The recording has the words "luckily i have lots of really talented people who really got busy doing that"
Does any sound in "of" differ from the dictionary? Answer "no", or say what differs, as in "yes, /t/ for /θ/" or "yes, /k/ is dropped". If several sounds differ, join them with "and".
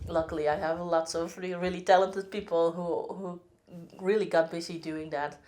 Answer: no